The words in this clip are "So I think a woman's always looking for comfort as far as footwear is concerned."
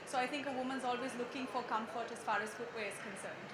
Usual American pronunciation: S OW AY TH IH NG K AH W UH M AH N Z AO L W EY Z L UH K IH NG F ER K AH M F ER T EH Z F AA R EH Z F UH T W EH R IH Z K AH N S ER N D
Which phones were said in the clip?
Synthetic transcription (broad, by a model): S OW AY T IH NG K AH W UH M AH N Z AO L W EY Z L UH K IH NG F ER K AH M F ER T EH Z F AA R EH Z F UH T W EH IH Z K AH N S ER N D